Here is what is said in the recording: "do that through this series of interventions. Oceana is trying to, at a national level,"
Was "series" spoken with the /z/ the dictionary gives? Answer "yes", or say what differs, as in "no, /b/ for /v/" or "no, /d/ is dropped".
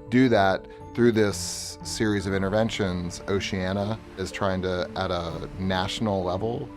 yes